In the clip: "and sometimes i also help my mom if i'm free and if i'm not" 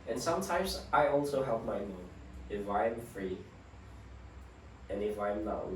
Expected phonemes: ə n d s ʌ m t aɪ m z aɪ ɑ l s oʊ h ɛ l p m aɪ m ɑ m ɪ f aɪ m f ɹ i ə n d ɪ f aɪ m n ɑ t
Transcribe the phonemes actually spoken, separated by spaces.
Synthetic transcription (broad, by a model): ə n s ʌ m t aɪ m z aɪ ɑ l s oʊ h ɛ l p m aɪ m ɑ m ɪ f aɪ m f ɹ i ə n ɪ f aɪ m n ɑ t